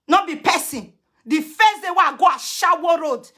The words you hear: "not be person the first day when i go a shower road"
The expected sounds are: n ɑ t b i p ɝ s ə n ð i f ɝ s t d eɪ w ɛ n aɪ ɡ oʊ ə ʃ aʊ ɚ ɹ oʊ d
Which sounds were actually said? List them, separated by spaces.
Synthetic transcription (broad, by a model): n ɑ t b i p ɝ s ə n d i f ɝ s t d eɪ w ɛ aɪ ɡ oʊ ə ʃ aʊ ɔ ɹ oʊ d